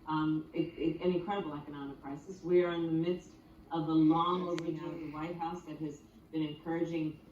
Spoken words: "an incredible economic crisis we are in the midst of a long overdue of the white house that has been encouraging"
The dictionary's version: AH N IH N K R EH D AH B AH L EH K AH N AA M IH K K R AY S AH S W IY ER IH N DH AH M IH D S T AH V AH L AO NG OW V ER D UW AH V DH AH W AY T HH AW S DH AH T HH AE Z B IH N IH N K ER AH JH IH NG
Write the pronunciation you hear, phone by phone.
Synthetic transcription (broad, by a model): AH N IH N K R EH D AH B L EH K AH N AA M IH K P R AY S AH S W IY ER IH N DH AH M IH D S T AH V AH L AO NG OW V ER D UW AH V DH AH W AY T HH AW S DH AH T HH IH Z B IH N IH N K ER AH JH IH NG